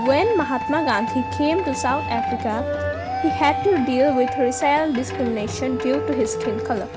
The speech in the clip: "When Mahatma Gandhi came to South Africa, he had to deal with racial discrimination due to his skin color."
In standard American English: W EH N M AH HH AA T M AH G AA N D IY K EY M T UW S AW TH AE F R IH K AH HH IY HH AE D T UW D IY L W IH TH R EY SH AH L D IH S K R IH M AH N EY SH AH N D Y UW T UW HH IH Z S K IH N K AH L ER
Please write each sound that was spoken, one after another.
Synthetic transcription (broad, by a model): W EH N M AH HH AA T M AH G AA N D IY K EY M T UW S AW T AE F R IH K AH HH IY HH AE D T UW D IY L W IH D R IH S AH L D IH S K R IH M AH N EY SH AH N D Y UW T UW HH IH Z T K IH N K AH L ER